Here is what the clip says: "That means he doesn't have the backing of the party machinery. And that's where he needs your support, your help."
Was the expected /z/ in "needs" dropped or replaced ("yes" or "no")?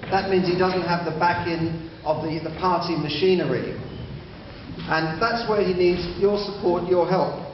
no